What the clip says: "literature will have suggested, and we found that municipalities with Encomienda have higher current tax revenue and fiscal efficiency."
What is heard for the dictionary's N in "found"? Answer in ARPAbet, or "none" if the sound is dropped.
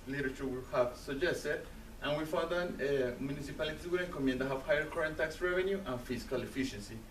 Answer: none